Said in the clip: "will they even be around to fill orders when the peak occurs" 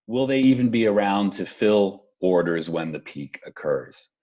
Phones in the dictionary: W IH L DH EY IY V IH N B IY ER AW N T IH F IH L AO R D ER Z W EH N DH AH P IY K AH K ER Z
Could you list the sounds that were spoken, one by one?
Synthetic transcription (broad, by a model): W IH L DH EY IY V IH N B IY ER AW N T IH F IH L AO R D ER Z W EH N DH AH P IY K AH K ER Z